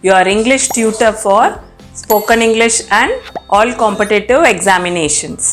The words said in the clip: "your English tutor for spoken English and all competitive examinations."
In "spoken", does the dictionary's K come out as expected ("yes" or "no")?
yes